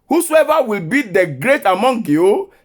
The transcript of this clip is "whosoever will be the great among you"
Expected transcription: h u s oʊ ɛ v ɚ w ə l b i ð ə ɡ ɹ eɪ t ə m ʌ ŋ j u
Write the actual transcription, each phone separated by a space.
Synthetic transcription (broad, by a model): h u s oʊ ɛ v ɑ w ə l b i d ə ɡ ɹ eɪ t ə m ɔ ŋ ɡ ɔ